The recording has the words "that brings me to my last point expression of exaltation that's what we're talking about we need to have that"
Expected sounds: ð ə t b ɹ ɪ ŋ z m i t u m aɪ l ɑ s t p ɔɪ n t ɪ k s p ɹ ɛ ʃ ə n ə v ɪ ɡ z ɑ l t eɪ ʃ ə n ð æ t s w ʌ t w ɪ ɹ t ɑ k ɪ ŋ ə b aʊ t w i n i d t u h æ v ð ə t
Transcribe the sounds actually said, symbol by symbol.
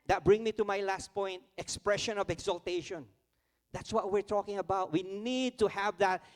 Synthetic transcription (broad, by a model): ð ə t b ɹ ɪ ŋ m i t u m aɪ l ɑ s t p ɔɪ n t ɪ k s p ɹ ɛ ʃ ə n ə v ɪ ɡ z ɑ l t eɪ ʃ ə n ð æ t s w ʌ t w ɪ ɹ t ɑ k ɪ ŋ ə b aʊ t w i n i d t u h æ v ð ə t